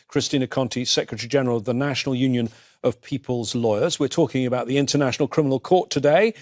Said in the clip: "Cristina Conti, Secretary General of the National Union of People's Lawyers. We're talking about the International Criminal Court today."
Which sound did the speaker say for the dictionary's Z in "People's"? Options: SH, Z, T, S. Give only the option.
Z